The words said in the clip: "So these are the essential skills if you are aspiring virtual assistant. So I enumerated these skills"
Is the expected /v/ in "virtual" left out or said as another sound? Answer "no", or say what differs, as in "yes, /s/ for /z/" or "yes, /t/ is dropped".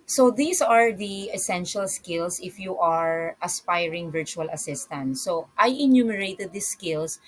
no